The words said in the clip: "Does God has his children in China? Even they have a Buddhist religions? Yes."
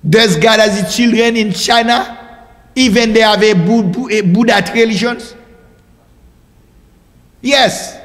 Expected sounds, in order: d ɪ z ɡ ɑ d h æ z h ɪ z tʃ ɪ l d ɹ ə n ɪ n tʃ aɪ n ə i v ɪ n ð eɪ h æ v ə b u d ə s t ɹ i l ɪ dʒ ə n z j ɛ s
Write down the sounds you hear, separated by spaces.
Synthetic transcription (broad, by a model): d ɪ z ɡ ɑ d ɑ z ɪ tʃ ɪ l d ɹ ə n ɪ n tʃ aɪ n ə i v ɪ n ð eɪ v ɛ b ə b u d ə t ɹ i l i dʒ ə n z j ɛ s